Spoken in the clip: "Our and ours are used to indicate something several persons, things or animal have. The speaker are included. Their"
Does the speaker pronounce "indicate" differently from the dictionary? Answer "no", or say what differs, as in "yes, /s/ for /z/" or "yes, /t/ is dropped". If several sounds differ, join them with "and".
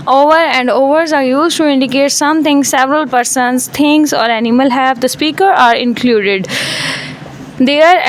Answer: no